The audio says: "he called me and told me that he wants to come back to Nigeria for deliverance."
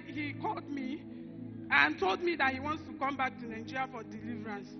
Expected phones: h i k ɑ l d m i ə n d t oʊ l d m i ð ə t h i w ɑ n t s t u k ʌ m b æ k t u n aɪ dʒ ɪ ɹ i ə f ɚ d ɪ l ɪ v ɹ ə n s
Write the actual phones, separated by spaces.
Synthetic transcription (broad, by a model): h i k ɑ l d m i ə n t oʊ l d m i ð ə t h i w ɑ n t s t u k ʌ m b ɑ k t u n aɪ dʒ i ɹ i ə f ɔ d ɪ l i v ɹ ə n s